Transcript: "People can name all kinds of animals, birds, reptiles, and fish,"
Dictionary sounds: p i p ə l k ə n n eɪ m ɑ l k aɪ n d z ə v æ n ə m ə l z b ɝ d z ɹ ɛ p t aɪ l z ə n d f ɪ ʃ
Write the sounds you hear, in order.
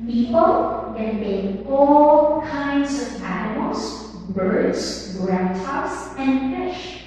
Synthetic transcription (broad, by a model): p i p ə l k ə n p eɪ ɑ l k aɪ n d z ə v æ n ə m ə l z b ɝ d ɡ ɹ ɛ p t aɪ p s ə n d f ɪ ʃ